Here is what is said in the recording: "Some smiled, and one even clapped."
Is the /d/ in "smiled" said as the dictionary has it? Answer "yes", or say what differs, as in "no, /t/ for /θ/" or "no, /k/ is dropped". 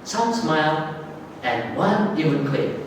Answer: no, /d/ is dropped